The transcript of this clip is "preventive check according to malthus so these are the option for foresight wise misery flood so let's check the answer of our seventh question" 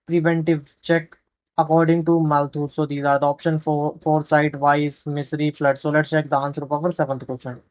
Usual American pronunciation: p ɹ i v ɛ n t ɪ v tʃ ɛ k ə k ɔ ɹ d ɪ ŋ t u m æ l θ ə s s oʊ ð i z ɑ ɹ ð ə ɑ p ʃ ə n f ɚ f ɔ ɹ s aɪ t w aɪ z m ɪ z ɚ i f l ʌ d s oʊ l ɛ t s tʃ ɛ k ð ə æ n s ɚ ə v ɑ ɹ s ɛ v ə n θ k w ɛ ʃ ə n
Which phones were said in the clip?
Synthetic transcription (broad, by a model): p ɹ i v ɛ n t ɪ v tʃ ɛ k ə k ɔ ɹ d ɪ ŋ t u m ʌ l t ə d s oʊ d i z ɑ ɹ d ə ɑ p ʃ ə n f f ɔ ɹ s aɪ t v aɪ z m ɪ s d i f l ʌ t s oʊ l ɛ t tʃ ɛ k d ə n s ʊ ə p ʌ ɹ s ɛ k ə n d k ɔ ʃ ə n